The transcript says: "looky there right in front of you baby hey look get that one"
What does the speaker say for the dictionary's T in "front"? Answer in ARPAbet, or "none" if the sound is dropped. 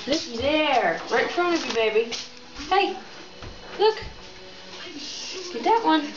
none